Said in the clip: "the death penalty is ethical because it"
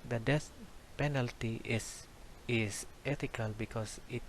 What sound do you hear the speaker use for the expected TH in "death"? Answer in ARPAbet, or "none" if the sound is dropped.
S